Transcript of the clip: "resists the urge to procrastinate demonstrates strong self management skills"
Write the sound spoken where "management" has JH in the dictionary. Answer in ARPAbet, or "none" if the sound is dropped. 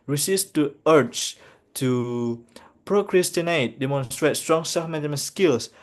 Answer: none